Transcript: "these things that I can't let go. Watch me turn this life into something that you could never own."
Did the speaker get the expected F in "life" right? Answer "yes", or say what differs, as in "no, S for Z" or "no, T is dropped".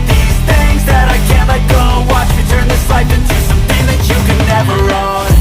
no, P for F